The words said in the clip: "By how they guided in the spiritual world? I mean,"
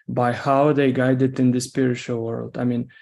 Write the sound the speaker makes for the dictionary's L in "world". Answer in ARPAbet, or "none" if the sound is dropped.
L